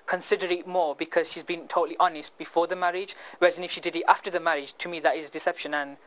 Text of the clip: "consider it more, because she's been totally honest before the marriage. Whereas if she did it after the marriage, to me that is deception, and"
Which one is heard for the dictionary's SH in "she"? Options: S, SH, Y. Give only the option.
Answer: SH